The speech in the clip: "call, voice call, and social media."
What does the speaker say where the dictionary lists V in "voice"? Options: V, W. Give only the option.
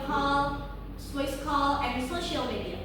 W